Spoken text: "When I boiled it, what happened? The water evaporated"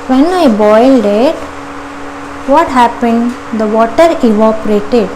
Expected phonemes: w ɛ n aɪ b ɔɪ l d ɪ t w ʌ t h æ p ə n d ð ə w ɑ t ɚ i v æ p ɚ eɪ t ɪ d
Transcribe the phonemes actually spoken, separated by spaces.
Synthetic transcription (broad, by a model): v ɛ n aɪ b ɔɪ l d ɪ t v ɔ t h æ p ə n d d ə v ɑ t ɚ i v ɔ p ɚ eɪ t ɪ d